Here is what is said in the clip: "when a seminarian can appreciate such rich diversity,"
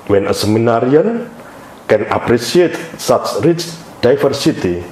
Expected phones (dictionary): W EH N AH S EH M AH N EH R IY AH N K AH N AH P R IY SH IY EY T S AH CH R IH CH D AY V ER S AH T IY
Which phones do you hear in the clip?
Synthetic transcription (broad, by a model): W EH N AH S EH M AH N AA R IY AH N K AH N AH P R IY S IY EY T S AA S R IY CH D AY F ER S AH T IY